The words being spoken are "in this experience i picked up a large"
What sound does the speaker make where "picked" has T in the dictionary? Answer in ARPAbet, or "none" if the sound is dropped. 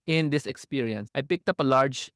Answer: T